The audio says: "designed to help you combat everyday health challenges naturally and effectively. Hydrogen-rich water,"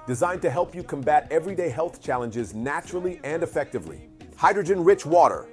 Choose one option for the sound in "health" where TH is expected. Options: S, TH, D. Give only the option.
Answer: TH